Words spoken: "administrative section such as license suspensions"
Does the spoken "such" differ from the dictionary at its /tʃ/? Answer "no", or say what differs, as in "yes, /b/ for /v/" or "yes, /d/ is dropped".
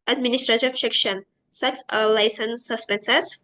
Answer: yes, /s/ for /tʃ/